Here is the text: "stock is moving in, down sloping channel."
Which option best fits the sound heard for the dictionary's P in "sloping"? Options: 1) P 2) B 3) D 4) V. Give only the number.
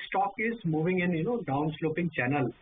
1